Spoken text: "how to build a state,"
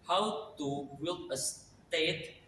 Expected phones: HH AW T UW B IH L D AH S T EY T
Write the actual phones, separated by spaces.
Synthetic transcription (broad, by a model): HH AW T UW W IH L AH S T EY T